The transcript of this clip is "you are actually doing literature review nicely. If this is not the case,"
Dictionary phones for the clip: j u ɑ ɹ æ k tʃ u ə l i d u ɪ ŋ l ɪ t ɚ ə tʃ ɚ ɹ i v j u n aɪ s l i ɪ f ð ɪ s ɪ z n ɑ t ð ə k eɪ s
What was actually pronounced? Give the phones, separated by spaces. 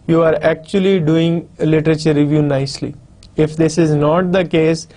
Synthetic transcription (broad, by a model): j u ɑ ɹ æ k tʃ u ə l i d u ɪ ŋ l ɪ t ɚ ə tʃ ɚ ɹ i v j u n aɪ s l i ɪ f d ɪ s ɪ z n ɑ t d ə k eɪ s